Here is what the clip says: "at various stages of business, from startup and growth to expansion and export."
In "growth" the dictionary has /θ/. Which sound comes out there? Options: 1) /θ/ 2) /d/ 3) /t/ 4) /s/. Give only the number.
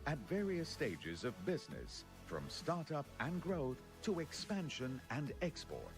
1